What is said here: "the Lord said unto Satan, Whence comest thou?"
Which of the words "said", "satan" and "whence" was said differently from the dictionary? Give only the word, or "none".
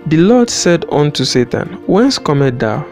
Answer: none